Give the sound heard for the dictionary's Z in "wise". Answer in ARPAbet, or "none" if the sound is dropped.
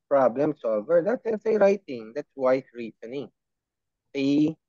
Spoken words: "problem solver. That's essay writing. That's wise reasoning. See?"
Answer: S